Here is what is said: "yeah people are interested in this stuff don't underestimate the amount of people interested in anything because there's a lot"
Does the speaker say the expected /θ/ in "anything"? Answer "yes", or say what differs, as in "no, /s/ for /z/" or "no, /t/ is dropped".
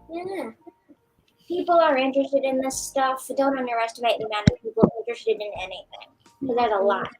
yes